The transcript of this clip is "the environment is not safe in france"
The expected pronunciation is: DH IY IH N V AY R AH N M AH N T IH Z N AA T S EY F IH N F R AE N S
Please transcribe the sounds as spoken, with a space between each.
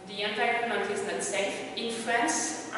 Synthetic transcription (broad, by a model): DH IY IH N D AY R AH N AH T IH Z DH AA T S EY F IH N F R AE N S